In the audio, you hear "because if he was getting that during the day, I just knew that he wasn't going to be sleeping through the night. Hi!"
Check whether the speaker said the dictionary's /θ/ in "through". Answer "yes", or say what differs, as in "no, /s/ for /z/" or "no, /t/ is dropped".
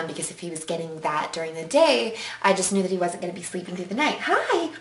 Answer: yes